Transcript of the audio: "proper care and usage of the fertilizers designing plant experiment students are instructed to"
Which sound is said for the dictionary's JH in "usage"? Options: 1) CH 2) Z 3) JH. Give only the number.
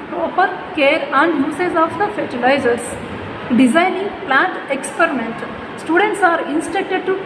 2